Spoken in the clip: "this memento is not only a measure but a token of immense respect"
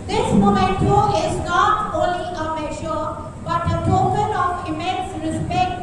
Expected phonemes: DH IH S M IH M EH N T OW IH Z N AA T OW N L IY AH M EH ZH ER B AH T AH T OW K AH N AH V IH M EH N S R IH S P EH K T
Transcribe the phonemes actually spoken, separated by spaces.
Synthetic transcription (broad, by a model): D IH S M IH M EH N T OW IH Z N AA T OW L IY AH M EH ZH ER B AH T AH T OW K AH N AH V IH M EH N S R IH S P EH K T